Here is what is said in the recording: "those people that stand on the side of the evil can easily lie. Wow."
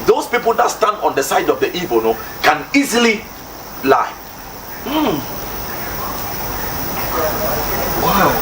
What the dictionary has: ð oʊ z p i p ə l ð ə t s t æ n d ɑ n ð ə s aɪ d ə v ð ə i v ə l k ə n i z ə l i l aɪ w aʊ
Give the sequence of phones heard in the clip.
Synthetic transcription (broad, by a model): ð oʊ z p i p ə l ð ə t s t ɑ n d ɑ n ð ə s aɪ d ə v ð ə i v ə n k ə n i z ə l i l aɪ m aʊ